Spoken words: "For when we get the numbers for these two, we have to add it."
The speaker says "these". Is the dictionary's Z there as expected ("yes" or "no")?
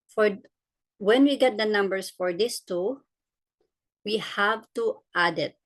no